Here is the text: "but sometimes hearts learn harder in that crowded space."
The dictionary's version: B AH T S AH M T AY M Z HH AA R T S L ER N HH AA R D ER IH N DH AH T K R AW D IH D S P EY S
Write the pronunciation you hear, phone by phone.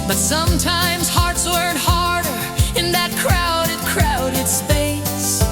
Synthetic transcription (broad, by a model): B AH T S AH M T AY M Z HH AA R T S W ER N HH AA R D ER IH N DH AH T K R AW D IH D S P EY S